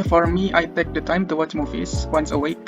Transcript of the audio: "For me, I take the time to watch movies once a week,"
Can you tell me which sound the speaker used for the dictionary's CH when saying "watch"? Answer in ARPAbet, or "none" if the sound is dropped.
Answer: CH